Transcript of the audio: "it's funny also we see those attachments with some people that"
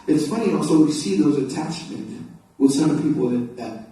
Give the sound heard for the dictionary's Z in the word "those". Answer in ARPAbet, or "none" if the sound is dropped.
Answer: Z